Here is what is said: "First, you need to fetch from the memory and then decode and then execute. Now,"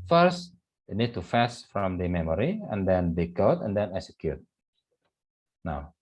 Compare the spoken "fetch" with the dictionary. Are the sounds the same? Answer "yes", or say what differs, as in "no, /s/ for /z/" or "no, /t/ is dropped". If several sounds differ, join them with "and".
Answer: no, /s/ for /tʃ/